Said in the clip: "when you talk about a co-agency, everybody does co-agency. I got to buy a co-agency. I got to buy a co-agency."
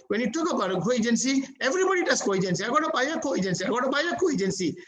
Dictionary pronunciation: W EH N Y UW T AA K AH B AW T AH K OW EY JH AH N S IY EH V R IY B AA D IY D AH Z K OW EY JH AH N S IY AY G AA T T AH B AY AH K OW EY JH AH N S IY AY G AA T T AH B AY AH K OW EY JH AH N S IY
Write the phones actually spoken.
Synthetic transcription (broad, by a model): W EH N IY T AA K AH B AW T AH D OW EY JH AH N S IY EH V R IY B AA D IY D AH S K OW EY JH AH N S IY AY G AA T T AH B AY AH K OW EY JH AH N S IY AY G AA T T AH B AY AH K OW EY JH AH N S IY